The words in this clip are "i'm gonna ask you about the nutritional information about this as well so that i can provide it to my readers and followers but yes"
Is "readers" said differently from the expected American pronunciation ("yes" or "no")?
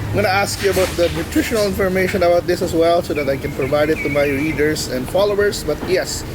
yes